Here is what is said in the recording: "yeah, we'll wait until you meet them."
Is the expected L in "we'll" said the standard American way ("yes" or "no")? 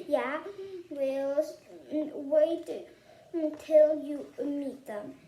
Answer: yes